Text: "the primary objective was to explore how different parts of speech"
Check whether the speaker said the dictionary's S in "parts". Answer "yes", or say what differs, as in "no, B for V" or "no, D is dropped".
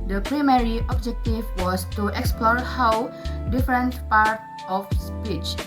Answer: no, S is dropped